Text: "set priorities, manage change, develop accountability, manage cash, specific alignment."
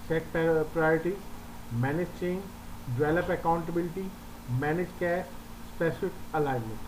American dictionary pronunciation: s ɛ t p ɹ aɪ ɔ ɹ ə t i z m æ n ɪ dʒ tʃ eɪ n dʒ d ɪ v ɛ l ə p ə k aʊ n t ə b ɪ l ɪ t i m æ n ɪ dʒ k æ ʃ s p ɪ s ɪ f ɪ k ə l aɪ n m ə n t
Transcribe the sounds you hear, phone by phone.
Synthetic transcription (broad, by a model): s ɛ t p ɹ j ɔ ɹ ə t i m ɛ n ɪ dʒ tʃ eɪ n dʒ d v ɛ l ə p ə k aʊ n t ə b ɪ l ɪ t i m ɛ n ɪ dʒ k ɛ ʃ s p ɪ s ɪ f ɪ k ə l aɪ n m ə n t